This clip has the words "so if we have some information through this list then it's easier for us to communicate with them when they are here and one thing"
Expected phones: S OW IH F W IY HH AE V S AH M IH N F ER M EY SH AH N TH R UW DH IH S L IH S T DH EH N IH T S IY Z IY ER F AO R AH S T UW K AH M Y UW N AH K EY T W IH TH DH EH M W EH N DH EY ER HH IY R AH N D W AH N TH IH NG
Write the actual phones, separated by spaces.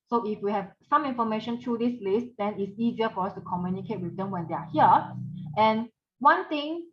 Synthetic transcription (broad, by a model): S OW IH F W IY HH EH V S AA M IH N F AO M EY SH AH N T R UW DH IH S L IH S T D EH N IH T S IY Z IY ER F AO R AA S T UW K AH M Y UW N AH K EY T W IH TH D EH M W EH N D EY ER HH IY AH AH N W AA N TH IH NG